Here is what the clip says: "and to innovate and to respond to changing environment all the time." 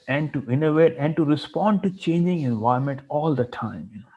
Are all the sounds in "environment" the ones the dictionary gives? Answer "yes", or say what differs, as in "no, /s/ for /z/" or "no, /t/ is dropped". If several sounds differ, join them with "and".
no, /ɹ/ is dropped